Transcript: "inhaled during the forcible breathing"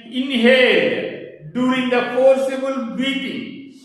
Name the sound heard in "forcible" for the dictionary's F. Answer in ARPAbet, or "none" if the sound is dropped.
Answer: P